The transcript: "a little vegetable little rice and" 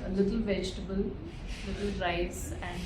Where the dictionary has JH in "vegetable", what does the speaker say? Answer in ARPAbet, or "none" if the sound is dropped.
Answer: JH